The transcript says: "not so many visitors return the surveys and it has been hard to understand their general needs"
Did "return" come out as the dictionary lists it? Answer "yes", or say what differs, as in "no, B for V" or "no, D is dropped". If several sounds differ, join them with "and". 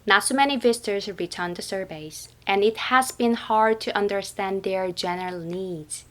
yes